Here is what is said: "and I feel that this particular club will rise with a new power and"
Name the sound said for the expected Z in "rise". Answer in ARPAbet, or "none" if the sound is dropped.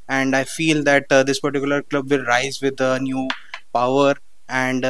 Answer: Z